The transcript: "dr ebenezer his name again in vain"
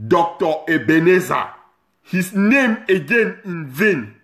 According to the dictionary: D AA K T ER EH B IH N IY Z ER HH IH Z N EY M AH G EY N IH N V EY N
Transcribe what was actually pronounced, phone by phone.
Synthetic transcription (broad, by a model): D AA K T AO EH B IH N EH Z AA HH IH S N EY M AH G EY N IH N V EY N